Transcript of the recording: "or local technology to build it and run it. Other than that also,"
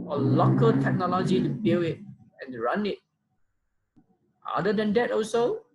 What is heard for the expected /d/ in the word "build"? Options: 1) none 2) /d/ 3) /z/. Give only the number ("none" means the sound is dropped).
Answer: 1